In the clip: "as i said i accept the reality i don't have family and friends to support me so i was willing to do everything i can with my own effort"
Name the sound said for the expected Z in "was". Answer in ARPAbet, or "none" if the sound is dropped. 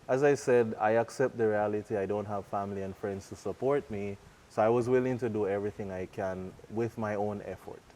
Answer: Z